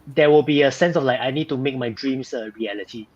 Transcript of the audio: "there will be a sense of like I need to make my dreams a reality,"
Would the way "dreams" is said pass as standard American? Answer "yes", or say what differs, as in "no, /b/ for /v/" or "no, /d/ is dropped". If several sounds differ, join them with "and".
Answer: no, /s/ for /z/